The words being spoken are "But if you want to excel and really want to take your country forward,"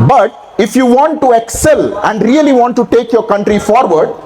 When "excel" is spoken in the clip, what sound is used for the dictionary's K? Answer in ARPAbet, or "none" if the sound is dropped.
K